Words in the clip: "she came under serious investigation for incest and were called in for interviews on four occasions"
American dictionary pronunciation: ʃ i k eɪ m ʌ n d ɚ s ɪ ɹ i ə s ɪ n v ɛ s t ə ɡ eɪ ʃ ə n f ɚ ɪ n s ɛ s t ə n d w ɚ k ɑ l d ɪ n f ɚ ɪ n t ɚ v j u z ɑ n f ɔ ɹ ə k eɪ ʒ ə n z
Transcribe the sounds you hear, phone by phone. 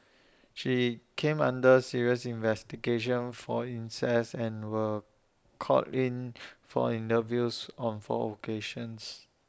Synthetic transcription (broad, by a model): ʃ i k eɪ m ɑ n d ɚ s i ɹ i ə s ɪ n v ɛ s t ə ɡ eɪ ʃ ə n f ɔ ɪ n s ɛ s ə n w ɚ k ɑ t ɪ n f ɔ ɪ n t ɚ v j u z ɑ n f ɔ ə k eɪ ʃ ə n s